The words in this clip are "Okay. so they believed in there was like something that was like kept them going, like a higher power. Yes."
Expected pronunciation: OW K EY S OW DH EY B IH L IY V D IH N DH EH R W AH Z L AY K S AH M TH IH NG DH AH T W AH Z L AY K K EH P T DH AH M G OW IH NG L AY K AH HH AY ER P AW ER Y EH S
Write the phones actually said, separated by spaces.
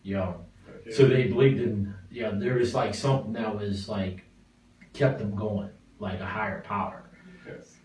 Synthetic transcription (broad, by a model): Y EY S OW DH EY B IH L IY V D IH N DH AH R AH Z L AY K S AH M TH IH NG DH AH T W AH Z L AY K K EH P DH AH M G OW IH NG L AY K AH HH AY ER P AW ER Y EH